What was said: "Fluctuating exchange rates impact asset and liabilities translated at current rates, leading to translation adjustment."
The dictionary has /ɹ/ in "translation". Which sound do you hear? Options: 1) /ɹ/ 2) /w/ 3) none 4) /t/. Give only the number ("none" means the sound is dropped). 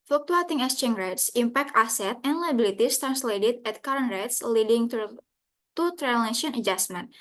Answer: 3